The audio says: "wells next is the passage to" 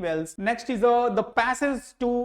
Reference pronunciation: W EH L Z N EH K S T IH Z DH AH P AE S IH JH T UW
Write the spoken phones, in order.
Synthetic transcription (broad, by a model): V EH L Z N EH K S T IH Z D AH P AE S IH Z T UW